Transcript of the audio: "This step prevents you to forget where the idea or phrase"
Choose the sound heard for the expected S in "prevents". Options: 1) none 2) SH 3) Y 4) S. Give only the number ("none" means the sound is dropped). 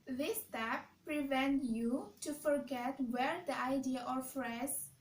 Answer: 1